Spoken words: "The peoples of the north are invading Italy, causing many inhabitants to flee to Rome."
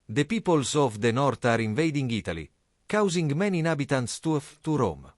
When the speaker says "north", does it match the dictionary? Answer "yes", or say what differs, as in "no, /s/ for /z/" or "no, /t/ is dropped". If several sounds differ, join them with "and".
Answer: no, /t/ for /θ/